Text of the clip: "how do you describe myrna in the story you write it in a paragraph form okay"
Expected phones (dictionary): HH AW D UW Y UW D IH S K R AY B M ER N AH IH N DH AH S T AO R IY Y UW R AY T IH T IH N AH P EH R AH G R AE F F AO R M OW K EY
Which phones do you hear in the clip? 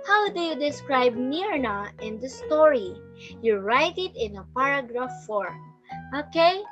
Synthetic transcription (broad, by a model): HH AW D UW Y UW D IH S K R AY B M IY N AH IH N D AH S T AO R IY Y UW R AY T IH T IH N AH P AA R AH G R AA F F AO R OW K EY